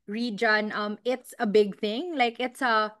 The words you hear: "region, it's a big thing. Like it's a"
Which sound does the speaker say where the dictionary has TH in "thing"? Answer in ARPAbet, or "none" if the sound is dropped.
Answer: TH